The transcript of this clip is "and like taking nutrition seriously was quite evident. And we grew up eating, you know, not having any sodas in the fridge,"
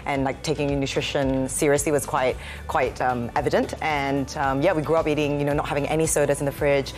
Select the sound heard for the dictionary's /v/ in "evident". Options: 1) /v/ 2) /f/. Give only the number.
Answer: 1